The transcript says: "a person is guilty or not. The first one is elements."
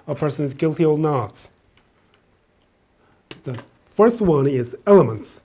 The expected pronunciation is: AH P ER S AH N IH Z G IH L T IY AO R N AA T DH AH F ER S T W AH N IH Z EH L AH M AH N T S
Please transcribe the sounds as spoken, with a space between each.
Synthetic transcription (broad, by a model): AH P ER S AH N IH Z G IH L T IY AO L N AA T DH AH F ER S T W AH N IH Z EH L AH M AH N T S